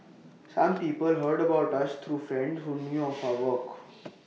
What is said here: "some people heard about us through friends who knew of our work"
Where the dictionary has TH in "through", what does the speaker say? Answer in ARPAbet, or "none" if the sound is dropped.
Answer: T